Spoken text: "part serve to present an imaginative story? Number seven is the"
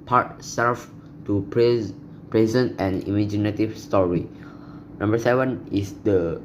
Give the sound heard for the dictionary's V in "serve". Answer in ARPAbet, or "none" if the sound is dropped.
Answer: F